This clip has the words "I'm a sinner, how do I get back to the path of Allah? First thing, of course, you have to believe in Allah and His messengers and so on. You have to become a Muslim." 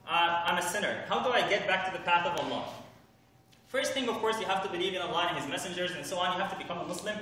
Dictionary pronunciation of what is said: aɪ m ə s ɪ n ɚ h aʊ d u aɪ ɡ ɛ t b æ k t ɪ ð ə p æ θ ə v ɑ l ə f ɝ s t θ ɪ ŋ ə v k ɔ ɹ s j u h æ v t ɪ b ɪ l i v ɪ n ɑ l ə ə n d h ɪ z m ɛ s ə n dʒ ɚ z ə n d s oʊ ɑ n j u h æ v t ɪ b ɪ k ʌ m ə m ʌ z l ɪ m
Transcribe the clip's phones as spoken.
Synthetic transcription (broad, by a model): aɪ m ə s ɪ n ɚ h aʊ d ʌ aɪ ɡ ɛ t b æ k t ɪ ð ə p æ θ ə v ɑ l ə f ɝ s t θ ɪ ŋ ə v k ɔ ɹ s j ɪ h æ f t ɪ b ɪ l i v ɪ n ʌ l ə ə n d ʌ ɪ z m ɛ s ə n dʒ ɚ z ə n s oʊ ɑ n j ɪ h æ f t ɪ b ɪ k ʌ m ə m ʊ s l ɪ m